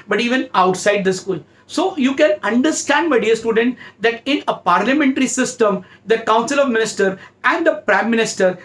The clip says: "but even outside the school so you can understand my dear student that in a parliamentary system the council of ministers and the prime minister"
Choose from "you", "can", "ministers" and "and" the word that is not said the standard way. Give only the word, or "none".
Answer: ministers